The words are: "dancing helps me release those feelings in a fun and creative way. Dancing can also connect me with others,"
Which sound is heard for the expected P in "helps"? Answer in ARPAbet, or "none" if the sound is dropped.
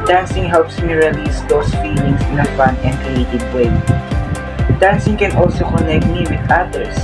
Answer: P